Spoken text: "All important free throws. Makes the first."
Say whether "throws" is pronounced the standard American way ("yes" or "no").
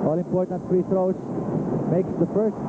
no